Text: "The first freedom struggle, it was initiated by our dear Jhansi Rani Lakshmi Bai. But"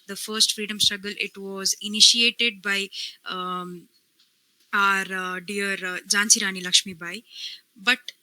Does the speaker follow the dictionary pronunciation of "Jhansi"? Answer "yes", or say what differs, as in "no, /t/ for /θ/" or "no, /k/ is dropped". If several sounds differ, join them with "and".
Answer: yes